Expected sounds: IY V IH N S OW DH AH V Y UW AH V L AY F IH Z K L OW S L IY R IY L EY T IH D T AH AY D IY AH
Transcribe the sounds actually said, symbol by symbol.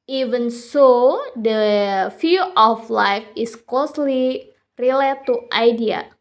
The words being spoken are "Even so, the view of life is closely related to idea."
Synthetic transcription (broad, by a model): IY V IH N S OW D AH F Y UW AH F L AY F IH S K L OW S L IY R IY L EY T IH T AY D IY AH